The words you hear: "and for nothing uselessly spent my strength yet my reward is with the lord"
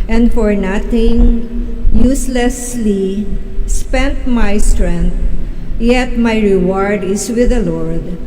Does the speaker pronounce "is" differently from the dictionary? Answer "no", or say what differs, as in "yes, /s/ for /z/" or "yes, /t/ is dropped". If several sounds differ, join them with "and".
yes, /s/ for /z/